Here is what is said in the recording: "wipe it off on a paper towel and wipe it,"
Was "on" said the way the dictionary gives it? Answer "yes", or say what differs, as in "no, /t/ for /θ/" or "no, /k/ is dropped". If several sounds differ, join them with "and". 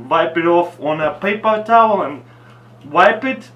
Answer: yes